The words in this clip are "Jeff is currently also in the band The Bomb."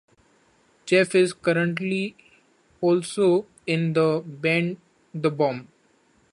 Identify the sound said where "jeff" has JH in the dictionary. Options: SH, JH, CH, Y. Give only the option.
CH